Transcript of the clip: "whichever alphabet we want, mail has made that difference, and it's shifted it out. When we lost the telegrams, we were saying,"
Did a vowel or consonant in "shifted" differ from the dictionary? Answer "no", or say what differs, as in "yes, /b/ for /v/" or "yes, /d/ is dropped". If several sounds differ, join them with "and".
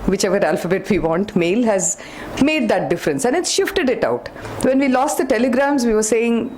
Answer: no